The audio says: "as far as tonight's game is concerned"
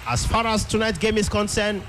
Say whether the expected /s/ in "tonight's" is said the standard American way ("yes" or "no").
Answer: no